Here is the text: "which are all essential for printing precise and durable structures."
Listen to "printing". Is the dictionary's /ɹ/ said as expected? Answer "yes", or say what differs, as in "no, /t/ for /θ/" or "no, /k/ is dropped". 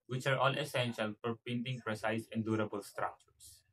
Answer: no, /ɹ/ is dropped